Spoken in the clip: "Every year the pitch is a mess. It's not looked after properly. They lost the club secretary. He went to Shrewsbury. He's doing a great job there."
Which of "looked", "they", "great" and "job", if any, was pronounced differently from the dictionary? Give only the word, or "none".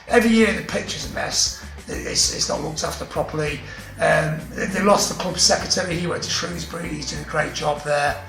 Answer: none